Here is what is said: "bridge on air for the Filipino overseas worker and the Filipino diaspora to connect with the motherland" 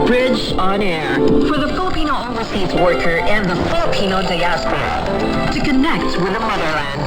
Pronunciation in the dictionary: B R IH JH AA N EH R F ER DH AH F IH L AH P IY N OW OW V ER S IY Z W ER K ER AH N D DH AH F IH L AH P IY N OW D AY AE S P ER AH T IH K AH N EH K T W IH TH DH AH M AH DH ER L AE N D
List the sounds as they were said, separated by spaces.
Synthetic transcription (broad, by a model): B R IH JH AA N EH R F ER DH AH F IH L AH P IY N OW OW ER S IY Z W ER K ER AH N DH AH F IH L AH P IY N OW D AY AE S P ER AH T IH K AH N EH K T W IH DH AH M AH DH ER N